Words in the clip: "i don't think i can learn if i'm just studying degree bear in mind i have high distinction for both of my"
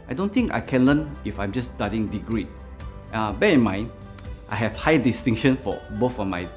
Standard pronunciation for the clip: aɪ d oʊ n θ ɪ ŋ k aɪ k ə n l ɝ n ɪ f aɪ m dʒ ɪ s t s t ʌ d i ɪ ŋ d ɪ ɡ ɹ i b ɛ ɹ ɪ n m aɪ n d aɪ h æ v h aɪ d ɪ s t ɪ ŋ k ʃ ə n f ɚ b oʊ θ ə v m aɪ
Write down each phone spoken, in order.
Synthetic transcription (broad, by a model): aɪ d oʊ n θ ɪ ŋ k aɪ k ə n l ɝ n ɪ f aɪ m dʒ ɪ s s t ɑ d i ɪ ŋ d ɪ ɡ ɹ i b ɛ ɪ n m aɪ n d aɪ h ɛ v h aɪ d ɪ s t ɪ ŋ ʃ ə n f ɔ b oʊ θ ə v m aɪ